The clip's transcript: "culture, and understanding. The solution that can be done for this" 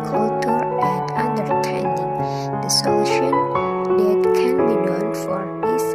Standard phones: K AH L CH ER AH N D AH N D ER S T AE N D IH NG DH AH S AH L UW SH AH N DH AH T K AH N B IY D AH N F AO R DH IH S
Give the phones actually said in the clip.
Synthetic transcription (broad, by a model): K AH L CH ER AH N D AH N D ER T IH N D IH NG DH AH S AH L UW SH AH N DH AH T K AH N B IY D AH N F AO R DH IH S